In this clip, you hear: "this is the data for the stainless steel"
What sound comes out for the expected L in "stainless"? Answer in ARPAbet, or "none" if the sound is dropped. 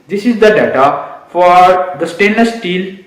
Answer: none